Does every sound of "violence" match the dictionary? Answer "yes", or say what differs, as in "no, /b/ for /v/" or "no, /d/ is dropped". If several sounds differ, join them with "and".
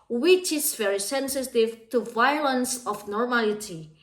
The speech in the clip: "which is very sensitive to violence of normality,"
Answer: yes